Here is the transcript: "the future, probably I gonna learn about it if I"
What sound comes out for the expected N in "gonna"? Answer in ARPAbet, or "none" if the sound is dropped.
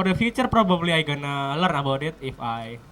N